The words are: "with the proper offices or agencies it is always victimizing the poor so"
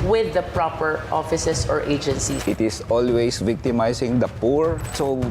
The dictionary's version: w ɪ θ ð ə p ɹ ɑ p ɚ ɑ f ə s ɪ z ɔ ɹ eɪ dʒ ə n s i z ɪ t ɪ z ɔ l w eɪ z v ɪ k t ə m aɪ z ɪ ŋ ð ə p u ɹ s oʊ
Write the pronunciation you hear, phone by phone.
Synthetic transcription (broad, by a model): w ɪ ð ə p ɹ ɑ p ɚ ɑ f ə s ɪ s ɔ ɹ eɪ dʒ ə n s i ɪ t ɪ s ɔ l w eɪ s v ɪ k t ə m aɪ s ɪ ŋ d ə p u ɹ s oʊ